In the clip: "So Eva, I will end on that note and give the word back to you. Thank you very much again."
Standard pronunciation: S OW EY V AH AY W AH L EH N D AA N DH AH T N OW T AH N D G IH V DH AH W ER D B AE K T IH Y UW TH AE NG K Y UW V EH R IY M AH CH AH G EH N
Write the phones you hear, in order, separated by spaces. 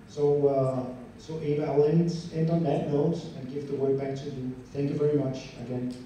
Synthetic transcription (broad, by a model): S OW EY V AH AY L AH N EH N D N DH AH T N OW T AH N G IH V DH AH W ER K B AE K T IH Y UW TH AE NG K Y UW V EH R IY M AH CH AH G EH N